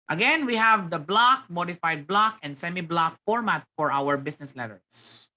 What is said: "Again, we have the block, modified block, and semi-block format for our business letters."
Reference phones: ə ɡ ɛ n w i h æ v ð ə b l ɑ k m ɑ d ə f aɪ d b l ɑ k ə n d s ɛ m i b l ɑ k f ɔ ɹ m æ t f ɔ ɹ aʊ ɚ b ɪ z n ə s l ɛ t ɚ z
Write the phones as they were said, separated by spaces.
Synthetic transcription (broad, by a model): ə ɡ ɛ n w i h æ v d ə b l ɑ k m ɑ d ə f aɪ d b l ɑ k ə n d s ɛ m i b l ɑ k f ɔ ɹ m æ t f ɔ ɹ aʊ ɚ b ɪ s n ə s l ɛ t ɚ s